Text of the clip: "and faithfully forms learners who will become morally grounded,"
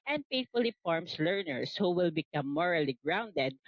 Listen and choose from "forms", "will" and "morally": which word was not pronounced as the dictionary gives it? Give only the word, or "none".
forms